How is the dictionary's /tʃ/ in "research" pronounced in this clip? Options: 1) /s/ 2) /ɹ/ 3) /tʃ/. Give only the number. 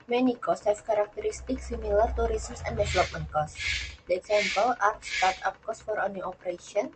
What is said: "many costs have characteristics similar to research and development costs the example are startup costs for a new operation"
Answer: 1